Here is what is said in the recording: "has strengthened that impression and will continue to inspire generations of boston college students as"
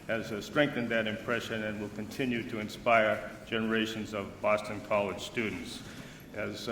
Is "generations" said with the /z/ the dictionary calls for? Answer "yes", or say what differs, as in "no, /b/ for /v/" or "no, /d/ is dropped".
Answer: yes